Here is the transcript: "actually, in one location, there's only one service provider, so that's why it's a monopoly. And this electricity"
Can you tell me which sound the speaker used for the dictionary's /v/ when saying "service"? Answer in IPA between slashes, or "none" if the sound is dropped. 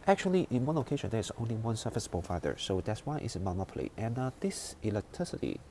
/f/